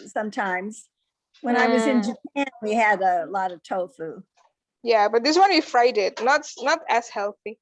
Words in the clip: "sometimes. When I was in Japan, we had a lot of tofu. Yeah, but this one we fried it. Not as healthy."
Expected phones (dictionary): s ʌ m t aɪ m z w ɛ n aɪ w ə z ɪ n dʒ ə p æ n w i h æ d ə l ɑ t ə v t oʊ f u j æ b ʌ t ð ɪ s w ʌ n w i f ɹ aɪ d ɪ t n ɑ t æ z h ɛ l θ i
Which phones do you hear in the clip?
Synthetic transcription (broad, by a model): s ʌ m t aɪ m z w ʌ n aɪ w ə z ɪ n dʒ ə p æ n w i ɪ d ə l ɑ t ə v t oʊ f u j æ b ʌ t ð ɪ s w ʌ n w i f ɹ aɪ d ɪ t n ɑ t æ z h ɛ l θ i